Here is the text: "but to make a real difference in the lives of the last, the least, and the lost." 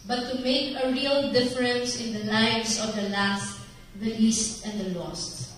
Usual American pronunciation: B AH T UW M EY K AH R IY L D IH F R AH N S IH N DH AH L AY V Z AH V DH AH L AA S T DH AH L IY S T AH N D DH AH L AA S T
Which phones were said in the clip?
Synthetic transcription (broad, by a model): B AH T UW M EY K AH R IY L D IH F R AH N S IH N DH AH L AY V S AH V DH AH L AA S T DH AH L IY S T AH N D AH L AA S T